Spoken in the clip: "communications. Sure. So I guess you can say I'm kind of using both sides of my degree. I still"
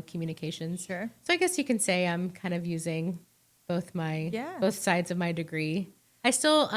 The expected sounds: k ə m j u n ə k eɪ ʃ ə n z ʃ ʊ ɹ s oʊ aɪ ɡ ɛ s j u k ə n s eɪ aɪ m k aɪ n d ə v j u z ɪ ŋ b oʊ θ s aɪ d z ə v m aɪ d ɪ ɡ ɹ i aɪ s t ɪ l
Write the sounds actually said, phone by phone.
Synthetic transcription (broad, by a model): k m j u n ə k eɪ ʃ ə n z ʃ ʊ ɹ s oʊ aɪ ɡ ɛ s j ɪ k ə n s eɪ aɪ m k aɪ n d ə v j u z ɪ ŋ b oʊ θ s aɪ d z ə v m aɪ d ɪ ɡ ɹ i aɪ s t ɪ l